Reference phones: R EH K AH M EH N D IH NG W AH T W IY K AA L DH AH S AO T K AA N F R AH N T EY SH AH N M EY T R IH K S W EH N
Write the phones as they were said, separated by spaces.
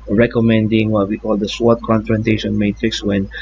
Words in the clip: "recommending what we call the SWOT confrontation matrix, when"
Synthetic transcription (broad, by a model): R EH K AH M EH N D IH NG W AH T W IY K AA L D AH S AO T K AA N F R AH N T EY SH AH N M EY T R IH K S W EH N